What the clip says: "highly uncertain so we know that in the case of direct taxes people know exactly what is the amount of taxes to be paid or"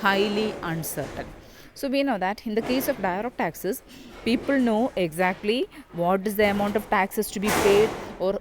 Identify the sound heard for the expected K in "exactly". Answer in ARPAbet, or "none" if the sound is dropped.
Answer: K